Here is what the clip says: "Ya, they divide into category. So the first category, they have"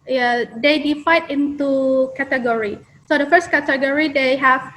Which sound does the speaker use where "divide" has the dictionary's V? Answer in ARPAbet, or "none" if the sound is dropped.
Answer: F